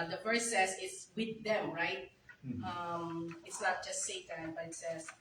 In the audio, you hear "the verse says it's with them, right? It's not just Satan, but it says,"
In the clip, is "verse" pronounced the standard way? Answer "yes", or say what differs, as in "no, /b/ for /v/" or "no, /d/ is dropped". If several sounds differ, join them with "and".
no, /f/ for /v/